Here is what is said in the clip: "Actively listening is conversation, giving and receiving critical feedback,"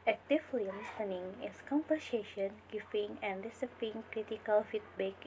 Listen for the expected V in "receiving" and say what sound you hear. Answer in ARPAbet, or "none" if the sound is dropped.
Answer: P